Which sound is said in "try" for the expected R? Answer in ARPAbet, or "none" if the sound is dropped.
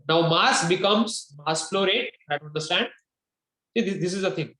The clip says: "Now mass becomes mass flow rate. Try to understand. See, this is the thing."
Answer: none